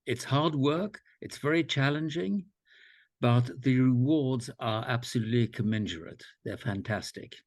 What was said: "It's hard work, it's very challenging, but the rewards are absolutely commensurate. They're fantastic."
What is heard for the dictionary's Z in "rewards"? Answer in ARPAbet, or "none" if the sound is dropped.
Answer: Z